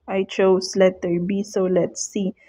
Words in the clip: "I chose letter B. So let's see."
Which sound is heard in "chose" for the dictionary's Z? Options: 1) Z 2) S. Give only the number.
2